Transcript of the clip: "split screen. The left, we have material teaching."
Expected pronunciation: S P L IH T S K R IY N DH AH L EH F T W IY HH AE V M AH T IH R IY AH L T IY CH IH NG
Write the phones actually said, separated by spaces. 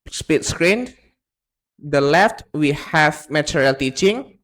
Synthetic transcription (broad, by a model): S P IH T S K R IY N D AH L EH F T W IY HH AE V M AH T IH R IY L T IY CH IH NG